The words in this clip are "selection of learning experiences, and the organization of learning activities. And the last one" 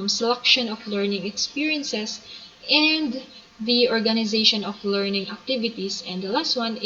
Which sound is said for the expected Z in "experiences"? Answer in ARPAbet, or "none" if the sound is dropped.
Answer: S